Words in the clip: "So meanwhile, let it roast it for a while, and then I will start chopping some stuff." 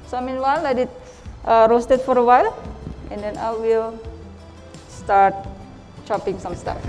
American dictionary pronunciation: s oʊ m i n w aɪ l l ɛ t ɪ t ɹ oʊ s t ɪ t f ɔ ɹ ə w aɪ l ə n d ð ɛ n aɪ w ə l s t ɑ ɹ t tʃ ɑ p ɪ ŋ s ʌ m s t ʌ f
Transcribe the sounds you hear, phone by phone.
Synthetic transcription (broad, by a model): s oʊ m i n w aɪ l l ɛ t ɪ t ɹ oʊ s t ɪ t f ɔ ɹ ə w aɪ l ə n d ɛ n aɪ w ə l s t ɑ ɹ t tʃ ɑ p ɪ ŋ s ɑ m s t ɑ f